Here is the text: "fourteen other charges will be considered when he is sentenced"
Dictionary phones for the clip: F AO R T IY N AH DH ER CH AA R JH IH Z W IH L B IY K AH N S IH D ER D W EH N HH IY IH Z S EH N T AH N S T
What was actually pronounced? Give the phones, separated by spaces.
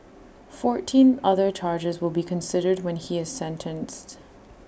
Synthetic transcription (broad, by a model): F AO R T IY N AH DH ER CH AA R JH IH Z W IH L B IY K AH N S IH D ER D W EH N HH IY IH Z S EH N T AH N S T